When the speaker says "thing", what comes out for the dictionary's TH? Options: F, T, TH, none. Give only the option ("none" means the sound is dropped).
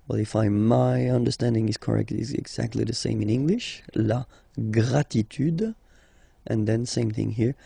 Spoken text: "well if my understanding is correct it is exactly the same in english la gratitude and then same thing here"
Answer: TH